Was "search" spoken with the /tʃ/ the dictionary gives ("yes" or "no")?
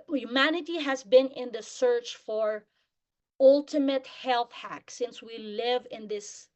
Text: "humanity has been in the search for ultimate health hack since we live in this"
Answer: yes